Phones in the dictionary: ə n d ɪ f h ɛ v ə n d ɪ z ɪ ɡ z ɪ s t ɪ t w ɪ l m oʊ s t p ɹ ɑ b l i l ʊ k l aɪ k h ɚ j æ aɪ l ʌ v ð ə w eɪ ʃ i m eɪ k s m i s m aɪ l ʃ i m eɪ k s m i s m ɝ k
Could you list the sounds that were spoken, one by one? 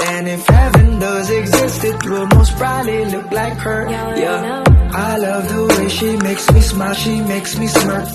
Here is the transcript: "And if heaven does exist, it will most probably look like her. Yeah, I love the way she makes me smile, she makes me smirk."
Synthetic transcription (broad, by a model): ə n ɪ f h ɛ v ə n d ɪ z ɪ ɡ z ɪ s t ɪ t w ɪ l m oʊ s t b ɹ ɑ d l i l ʊ k l aɪ k h ɚ j æ aɪ l ʌ v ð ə w eɪ ʃ i m eɪ k s m i s m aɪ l ʃ i m eɪ k s m i s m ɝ